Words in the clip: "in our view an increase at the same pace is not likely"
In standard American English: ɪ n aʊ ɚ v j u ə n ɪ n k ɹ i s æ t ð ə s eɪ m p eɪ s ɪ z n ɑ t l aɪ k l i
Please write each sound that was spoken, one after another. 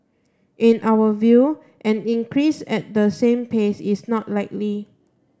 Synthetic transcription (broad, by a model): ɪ n aʊ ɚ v j u ə n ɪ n k ɹ i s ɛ t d ə s eɪ m p eɪ s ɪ s n ɑ t l aɪ k l i